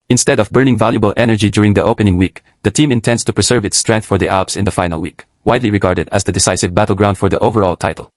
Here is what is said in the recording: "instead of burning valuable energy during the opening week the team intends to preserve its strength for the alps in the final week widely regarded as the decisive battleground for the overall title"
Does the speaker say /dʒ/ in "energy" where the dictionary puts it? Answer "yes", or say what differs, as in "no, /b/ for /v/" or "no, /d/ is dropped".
yes